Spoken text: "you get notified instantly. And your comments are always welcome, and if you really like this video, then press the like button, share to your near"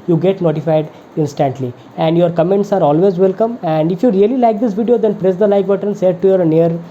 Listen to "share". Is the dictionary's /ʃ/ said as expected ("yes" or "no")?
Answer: no